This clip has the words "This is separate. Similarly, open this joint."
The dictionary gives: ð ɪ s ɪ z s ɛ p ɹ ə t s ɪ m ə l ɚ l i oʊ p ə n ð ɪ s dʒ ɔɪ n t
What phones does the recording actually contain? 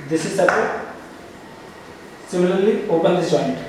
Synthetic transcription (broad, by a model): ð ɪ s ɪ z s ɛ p ə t s ɪ m ə l ɚ l i oʊ p ə n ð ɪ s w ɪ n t